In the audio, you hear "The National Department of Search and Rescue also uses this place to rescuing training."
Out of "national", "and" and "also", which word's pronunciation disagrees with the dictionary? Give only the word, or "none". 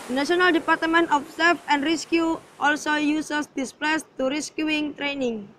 national